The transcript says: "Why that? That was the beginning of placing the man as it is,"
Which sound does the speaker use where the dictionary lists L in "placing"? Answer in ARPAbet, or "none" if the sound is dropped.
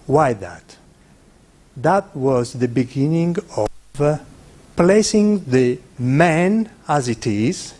L